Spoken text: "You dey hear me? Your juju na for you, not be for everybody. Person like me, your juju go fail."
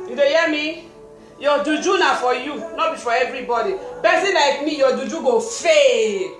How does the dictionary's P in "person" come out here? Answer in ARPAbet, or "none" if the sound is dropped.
B